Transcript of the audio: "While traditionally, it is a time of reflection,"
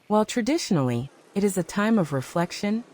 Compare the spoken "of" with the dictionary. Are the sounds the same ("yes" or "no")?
yes